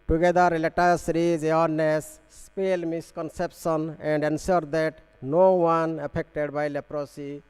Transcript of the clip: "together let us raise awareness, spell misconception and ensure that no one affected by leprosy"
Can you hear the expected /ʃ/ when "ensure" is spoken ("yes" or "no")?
no